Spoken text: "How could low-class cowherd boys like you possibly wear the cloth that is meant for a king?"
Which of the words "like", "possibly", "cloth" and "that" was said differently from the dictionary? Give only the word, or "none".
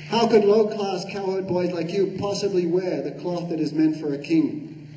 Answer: none